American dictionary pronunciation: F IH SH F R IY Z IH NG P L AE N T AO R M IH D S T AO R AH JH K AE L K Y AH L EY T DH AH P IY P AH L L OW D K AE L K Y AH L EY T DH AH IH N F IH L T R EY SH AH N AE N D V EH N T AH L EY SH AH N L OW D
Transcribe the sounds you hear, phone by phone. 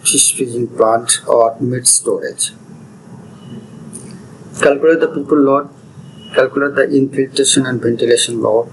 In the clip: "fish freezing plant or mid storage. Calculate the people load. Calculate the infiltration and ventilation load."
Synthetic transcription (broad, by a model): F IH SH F IY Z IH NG P L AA N T AO R M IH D S T AO R AH JH K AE L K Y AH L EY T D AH P IY P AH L L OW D K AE L K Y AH L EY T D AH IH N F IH L T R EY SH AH N AE N D V EH N T AH L EY SH AH N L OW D